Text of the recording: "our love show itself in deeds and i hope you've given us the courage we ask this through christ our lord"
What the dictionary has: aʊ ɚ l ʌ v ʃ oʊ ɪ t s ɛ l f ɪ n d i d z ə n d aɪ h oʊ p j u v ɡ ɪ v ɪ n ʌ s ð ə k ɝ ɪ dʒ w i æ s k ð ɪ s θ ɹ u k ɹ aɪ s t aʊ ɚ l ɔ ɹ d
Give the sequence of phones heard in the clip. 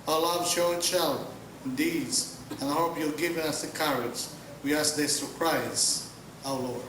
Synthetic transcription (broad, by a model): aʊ l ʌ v ʃ oʊ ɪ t ʃ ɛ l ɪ n d i d z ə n aɪ h oʊ p j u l ɡ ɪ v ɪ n ʌ s ð ə k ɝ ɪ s w i æ s k ð ɪ s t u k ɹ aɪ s aʊ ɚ l ɔ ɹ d